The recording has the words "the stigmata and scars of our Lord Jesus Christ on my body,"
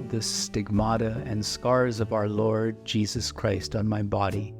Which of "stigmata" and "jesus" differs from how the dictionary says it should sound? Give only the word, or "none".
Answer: none